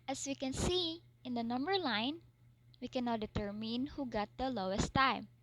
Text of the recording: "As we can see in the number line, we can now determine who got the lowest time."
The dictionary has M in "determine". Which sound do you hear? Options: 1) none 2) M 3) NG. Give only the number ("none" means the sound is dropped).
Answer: 2